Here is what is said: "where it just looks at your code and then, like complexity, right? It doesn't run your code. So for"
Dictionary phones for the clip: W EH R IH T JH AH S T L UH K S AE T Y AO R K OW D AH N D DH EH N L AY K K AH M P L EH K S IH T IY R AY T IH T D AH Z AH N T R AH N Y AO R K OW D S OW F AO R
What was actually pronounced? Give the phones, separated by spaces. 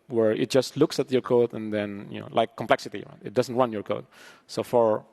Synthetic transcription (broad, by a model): W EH R IH T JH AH S T L UH K S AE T Y AO R K OW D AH N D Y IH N L AY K K AH M P L EH K S IH T IY R AY T IH T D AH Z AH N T W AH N Y AO R K OW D S OW F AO R